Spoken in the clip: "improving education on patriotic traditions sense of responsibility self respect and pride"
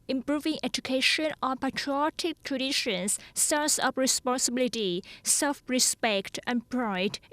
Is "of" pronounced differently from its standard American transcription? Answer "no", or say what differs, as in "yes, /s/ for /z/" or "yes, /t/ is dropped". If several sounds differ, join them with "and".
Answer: yes, /p/ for /v/